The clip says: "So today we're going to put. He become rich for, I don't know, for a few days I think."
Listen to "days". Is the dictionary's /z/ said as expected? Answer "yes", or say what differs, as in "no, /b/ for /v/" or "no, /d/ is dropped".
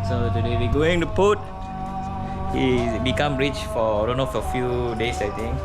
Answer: no, /s/ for /z/